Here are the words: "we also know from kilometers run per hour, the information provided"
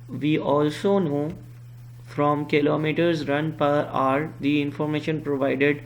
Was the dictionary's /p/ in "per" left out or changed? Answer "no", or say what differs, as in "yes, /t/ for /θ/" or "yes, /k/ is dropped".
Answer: no